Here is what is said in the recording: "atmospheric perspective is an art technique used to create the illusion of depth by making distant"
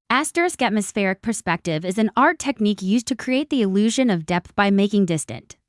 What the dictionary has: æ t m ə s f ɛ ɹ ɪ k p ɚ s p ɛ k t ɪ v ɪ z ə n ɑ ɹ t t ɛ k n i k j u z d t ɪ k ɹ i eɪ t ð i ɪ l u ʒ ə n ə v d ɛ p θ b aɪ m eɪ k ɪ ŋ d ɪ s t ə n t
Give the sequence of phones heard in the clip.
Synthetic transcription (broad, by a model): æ t m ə s f ɛ ɹ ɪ k p ɚ s p ɛ k t ɪ v ɪ z ə n ɑ ɹ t t ɛ k n i k j u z t ɪ k ɹ i eɪ t ð i ɪ l u ʒ ə n ə v d ɛ p θ b aɪ m eɪ k ɪ ŋ d ɪ s t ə n t